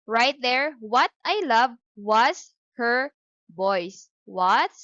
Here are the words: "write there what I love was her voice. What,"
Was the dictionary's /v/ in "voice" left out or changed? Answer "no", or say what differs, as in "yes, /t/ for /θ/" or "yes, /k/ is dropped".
yes, /b/ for /v/